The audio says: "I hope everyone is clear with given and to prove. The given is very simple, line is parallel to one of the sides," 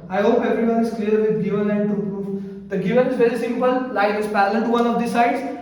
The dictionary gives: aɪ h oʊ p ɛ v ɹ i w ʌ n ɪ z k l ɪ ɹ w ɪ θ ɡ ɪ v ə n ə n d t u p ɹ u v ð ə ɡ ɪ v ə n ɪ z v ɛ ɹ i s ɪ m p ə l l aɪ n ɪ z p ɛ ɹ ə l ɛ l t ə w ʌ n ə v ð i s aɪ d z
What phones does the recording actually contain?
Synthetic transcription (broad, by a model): aɪ h oʊ p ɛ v ɹ i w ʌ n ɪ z k l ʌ ɹ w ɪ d ɡ ɪ v ə n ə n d t u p ɹ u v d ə ɡ ɪ v ə n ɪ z v ɛ ɹ i s ɪ m p ə l l aɪ ɪ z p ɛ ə l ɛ n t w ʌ n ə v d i s aɪ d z